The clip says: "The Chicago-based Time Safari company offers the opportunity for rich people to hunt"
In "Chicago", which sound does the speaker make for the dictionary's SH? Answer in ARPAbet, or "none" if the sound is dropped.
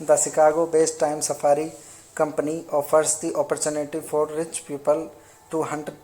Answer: S